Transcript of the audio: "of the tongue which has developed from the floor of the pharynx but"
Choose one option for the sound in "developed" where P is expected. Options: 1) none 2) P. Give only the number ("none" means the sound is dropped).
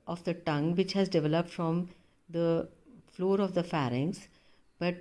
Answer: 2